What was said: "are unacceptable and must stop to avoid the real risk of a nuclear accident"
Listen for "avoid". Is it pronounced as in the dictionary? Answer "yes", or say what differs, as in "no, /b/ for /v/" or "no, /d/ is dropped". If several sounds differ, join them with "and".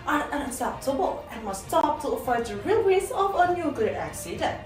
no, /f/ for /v/